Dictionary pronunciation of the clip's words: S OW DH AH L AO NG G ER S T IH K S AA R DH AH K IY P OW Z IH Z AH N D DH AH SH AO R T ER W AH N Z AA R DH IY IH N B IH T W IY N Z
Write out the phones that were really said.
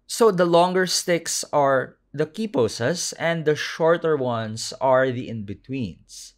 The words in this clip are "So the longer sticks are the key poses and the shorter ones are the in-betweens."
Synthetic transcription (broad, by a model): S OW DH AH L AO NG G ER S T IH K S AA R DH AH K IY P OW S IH S AH N D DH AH SH AO R T ER W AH N S AA R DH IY IH N B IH T W IY N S